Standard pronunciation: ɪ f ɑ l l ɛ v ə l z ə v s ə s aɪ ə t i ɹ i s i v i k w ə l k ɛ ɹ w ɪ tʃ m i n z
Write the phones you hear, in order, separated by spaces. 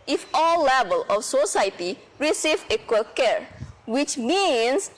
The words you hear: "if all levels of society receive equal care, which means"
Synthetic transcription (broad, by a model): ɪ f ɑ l l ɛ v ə l ə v s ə s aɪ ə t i ɹ i s i v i k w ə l k ɛ ɹ w ɪ tʃ m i n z